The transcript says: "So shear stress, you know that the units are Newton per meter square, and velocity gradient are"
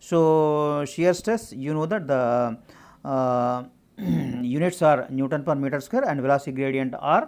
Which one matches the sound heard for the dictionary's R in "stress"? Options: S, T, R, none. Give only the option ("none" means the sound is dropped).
none